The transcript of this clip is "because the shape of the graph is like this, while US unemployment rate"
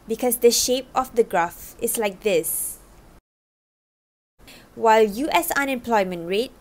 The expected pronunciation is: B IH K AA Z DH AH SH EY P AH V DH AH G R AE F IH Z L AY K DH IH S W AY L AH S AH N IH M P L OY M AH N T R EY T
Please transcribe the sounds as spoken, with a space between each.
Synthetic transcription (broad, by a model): B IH K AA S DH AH SH EY P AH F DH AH G R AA F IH S L AY K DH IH S W AY L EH S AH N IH M P L OY M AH N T R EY T